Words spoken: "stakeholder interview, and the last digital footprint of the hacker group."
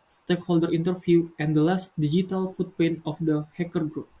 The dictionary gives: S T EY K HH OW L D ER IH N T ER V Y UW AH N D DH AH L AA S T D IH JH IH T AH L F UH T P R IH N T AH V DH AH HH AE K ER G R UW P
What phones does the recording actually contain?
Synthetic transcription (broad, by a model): S T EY K HH OW L D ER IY N T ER F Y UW AH N D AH L AA S T D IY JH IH T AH L F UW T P EH N AH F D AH HH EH K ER G R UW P